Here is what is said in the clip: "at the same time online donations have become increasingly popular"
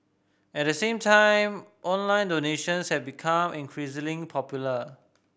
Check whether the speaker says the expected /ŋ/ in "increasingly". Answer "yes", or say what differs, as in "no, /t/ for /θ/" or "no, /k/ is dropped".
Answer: no, /ŋ/ is dropped